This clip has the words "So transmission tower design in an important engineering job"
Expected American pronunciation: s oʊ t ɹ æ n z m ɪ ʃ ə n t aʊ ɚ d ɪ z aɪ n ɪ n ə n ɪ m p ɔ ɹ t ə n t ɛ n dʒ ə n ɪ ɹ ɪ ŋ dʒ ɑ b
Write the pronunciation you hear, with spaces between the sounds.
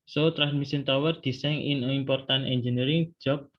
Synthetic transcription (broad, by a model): s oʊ t ɹ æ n m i s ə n t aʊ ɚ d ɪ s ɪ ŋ ə n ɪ m p ɔ ɹ t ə n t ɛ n dʒ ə n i ɹ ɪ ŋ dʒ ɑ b